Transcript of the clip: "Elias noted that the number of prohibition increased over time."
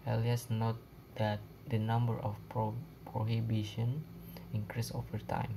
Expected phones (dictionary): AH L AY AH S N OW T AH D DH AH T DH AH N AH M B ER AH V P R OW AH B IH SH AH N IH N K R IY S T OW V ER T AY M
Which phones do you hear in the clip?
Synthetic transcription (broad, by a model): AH L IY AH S N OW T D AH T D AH N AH M B ER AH P P R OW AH B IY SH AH N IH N K R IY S OW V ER T AY M